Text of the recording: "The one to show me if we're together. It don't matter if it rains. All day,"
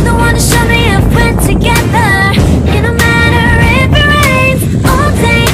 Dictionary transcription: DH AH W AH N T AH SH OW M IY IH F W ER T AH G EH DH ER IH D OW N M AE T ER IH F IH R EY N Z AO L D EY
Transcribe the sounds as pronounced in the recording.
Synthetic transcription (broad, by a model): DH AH W AH N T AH SH OW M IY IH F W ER T AH G EH DH ER IH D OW M AE T ER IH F IH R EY Z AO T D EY